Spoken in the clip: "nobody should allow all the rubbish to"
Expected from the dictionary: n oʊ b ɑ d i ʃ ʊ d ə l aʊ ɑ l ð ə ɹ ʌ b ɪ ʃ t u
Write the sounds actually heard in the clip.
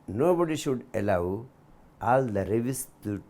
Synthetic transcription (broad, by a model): n oʊ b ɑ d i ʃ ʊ d ə l aʊ ɑ l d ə ɹ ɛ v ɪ s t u